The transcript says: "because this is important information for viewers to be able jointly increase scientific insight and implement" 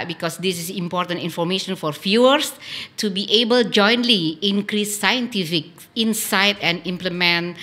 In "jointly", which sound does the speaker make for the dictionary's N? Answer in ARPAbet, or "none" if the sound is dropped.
N